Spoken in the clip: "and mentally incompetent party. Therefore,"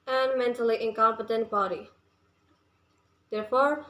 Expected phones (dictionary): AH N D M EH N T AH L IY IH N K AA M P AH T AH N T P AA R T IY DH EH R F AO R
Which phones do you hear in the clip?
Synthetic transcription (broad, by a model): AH N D M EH N T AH L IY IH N K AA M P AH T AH N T B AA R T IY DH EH R F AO R